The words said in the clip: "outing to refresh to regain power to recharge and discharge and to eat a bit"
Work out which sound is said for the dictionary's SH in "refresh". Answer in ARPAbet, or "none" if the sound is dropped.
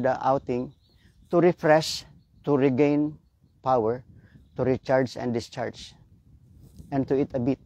S